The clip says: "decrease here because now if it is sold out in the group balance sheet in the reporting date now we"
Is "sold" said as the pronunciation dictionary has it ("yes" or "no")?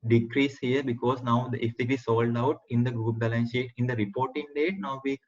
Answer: yes